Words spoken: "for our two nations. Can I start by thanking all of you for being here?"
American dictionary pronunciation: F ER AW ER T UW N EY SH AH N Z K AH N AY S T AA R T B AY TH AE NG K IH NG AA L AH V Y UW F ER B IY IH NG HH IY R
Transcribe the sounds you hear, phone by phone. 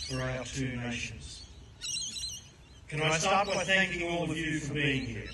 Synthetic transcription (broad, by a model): F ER AW ER T UW N EY SH AH N Z K AH N AY S T AA R T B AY TH AE NG K IH NG AA L AH V Y UW F ER B IY IH NG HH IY R